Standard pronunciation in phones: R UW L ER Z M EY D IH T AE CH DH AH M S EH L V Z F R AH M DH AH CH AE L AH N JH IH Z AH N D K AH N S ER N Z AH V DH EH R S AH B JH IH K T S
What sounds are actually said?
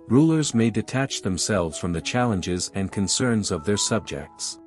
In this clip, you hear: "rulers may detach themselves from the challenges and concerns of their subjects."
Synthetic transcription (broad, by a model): R UW L ER Z M EY D IH T AE CH DH AH M S EH L V Z F R AH M DH AH CH AE L AH N JH IH Z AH N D K AH N S ER N Z AH V DH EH R S AH B JH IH K T S